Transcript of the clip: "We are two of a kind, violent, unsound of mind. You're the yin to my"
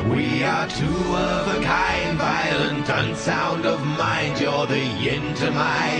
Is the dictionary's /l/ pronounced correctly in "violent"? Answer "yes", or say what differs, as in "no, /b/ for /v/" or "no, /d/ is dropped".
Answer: yes